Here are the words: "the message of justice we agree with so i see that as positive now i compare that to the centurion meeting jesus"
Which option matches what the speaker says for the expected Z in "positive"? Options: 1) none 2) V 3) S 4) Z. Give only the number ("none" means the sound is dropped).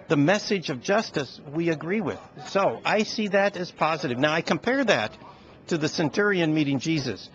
4